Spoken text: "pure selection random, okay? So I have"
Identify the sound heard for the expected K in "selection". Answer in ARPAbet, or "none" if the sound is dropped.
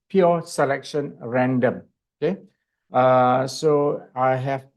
K